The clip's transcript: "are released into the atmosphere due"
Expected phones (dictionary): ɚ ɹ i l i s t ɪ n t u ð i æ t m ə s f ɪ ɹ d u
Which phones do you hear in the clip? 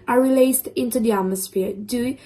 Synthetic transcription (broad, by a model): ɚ ɹ i l i s t ɪ n t u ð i æ t m ə s f ɪ ɹ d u